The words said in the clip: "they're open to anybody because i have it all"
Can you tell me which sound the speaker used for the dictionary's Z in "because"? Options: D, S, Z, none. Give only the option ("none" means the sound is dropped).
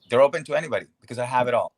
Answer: Z